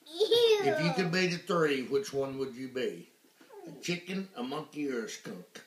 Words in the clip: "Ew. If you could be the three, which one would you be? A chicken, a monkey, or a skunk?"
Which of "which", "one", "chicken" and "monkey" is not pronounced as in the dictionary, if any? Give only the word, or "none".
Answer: none